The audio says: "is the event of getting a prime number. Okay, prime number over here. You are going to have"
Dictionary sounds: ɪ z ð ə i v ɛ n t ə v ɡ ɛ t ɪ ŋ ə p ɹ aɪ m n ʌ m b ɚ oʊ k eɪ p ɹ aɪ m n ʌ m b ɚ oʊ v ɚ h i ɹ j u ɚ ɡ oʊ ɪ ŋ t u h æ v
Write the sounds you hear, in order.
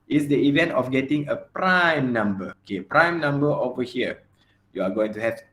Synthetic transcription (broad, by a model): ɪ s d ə i v ɛ n t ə f ɡ ɛ t ɪ ŋ ə p ɹ aɪ m n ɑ m b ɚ oʊ k eɪ p ɹ aɪ m n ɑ m b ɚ oʊ v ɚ h i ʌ j u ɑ ɡ oʊ ɪ ŋ t u h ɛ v